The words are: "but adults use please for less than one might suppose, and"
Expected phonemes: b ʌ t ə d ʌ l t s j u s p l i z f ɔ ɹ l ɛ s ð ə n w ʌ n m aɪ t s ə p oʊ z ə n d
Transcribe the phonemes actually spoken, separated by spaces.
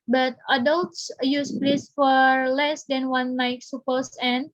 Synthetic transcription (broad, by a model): b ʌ t ə d ʌ l t s j u s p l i s f ɔ ɹ l ɛ s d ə n w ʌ n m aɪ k s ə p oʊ s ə n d